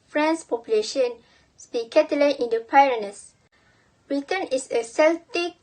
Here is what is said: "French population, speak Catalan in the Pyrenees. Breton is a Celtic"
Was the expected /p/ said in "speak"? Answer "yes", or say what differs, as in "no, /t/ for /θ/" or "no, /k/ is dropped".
no, /b/ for /p/